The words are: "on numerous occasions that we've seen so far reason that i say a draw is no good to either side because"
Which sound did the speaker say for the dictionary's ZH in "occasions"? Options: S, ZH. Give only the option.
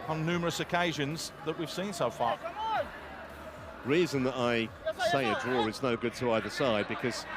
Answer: ZH